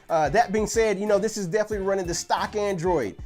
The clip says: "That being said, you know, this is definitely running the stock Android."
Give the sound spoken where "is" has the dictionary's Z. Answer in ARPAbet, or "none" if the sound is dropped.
Z